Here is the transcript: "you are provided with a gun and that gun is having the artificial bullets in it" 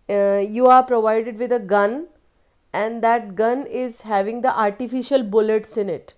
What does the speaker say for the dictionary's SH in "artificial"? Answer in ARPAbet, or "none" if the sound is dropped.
SH